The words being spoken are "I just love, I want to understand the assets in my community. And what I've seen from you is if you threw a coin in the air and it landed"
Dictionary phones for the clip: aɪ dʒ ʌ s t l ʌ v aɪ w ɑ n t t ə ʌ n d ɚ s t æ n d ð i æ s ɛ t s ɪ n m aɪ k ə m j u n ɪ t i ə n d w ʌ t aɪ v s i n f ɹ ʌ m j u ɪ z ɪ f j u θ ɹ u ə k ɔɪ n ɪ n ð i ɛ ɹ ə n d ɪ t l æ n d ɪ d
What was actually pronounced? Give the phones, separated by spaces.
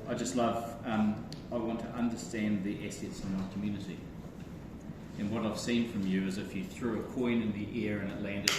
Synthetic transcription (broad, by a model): aɪ dʒ ʌ s t l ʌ v aɪ w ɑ n t t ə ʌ n d ɚ s t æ n ð i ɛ s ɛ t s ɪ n m aɪ k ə m j u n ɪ t i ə n w ʌ t aɪ v s i n f ɹ ʌ m j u ɪ z ɪ f j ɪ θ ɹ u ə k ɔɪ n ɪ n ð i ɛ ɹ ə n ɪ t l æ n d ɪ